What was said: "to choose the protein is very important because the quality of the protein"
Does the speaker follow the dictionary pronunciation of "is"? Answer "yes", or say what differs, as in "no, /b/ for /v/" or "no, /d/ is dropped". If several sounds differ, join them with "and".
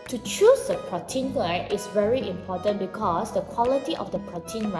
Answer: no, /s/ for /z/